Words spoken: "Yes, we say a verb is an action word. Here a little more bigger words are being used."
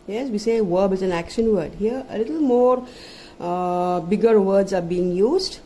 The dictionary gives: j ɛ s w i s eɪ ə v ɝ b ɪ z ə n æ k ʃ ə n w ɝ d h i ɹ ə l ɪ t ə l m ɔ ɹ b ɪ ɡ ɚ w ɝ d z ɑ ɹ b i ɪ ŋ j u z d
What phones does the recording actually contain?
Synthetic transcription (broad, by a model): j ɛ s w i s eɪ v ɝ b ɪ z ə n æ k ʃ ə n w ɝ d h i ɹ ə l ɪ t ə l m ɔ ɹ b ɪ ɡ ɚ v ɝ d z ɑ ɹ b i ɪ ŋ j u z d